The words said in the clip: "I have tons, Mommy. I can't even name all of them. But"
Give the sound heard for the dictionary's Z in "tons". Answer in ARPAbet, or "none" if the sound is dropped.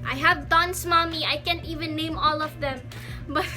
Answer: S